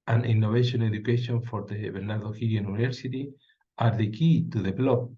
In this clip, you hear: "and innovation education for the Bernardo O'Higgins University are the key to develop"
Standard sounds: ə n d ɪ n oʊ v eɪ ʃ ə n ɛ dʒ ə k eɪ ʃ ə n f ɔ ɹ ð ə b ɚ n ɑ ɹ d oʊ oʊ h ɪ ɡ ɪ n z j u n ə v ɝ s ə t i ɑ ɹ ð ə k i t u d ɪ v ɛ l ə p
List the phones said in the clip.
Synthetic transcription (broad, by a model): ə n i n oʊ b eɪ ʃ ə n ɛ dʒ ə k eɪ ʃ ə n f ɔ ɹ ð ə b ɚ n ɑ ɹ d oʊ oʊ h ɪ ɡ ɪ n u n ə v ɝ s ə t i ɑ ɹ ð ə k i t u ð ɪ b l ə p